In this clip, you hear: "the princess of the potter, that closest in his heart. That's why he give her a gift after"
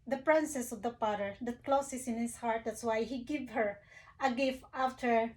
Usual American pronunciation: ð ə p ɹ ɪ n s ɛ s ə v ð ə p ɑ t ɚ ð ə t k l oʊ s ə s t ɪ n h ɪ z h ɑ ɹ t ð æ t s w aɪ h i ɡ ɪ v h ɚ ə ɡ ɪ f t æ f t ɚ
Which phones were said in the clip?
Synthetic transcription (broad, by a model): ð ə p ɹ ɪ n s ɛ s ə v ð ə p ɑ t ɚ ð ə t k l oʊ s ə s ɪ n h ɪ s h ɑ ɹ t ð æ t s w aɪ h i ɡ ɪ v h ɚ ə ɡ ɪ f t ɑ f t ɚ